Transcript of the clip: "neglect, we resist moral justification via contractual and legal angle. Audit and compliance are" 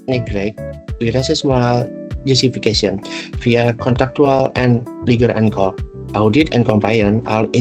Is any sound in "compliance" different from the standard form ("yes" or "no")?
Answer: yes